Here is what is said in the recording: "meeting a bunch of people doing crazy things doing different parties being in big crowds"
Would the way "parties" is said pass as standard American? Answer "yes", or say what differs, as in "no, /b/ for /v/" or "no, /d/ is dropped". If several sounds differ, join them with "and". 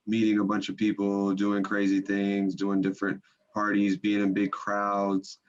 yes